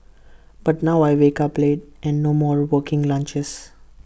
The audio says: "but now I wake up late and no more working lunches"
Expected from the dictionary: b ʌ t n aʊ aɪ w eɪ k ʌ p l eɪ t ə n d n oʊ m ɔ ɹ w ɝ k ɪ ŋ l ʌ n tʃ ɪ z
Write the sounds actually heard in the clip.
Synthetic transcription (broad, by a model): b ʌ t n aʊ aɪ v eɪ k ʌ p l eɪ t ə n d n oʊ m ɔ ɹ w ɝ k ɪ ŋ l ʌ n tʃ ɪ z